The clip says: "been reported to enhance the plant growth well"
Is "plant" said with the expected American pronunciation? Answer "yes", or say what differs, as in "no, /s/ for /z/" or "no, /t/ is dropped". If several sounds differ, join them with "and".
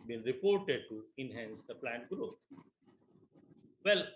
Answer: yes